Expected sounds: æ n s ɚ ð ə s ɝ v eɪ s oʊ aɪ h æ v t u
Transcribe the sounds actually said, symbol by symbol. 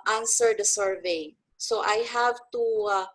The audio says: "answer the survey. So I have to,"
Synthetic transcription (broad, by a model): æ n s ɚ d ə s ɝ v eɪ s oʊ aɪ h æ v t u